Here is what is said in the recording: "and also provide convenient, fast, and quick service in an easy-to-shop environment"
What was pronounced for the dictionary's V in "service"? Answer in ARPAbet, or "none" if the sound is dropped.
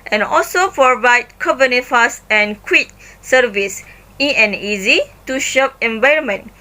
V